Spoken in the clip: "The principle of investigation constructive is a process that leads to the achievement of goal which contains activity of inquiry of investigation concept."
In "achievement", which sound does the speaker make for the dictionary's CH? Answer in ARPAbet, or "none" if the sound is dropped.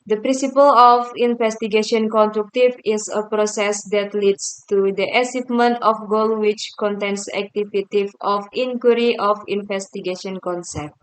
S